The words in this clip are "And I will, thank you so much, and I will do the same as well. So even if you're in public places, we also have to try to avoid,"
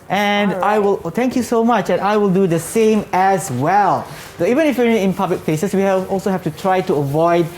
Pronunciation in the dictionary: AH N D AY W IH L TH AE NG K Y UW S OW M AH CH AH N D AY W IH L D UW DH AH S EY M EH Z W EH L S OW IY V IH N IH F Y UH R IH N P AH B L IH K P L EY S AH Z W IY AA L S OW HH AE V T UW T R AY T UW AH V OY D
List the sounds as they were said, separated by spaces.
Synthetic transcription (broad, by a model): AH N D AY W IH L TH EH NG K Y UW S OW M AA CH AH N AY W IH L D UW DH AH S EY M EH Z W EH L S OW IY V IH N IH F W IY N IH N P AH B L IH K P L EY S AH S W IY AA L S OW HH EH F T UW T R AY T UW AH V OY D